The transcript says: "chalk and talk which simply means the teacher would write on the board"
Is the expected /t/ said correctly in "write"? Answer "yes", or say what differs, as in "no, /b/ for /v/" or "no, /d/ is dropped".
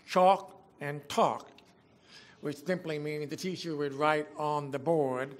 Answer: yes